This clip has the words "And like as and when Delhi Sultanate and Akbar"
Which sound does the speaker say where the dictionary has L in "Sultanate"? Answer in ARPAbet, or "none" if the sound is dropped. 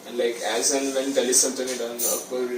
N